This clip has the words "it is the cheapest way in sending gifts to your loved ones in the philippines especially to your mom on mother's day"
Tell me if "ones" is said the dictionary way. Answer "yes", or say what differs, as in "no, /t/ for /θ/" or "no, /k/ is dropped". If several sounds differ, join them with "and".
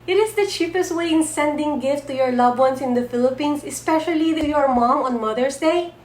no, /s/ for /z/